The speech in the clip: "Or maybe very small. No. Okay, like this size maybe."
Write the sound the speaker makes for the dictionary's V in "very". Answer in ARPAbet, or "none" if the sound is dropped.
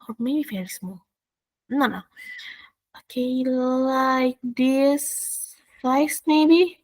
F